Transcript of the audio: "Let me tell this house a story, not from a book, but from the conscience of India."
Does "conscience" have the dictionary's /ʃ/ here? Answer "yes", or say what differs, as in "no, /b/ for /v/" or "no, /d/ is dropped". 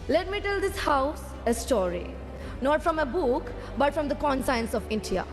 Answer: no, /s/ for /ʃ/